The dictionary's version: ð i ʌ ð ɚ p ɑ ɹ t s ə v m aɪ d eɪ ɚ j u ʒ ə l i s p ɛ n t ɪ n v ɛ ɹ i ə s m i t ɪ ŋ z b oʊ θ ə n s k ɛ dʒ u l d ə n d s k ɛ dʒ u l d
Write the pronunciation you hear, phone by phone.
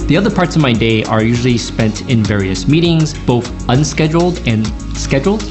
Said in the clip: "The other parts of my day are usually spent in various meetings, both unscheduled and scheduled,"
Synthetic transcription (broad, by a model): ð i ʌ ð ɚ p ɑ ɹ t s ə v m aɪ d eɪ ɚ j u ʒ l i s p ɛ n t ɪ n v ɛ ɹ i ə s m i t ɪ ŋ z b oʊ θ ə n s k ɛ dʒ l d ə n s k ɛ dʒ l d